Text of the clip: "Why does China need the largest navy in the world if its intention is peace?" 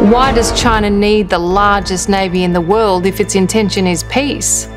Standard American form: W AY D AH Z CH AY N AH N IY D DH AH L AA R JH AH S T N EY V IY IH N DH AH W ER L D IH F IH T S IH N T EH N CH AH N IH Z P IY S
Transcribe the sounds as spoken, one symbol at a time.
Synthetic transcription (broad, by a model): W AY D AH Z CH AY N AH N IY D DH AH L AA R JH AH S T N EY V IY IH N DH AH W ER L D IH F IH T S IH N T EH N SH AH N IH Z P IY S